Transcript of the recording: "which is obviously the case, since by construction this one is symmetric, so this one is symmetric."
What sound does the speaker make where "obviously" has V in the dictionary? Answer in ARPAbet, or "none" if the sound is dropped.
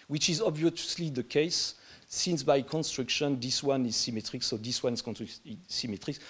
V